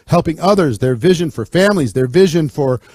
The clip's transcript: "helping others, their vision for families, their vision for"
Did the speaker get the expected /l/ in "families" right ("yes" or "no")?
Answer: yes